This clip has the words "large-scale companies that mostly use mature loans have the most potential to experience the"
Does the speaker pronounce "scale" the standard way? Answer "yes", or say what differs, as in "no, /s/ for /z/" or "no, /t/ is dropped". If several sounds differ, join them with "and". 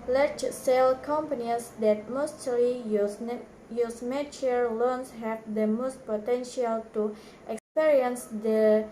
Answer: no, /k/ is dropped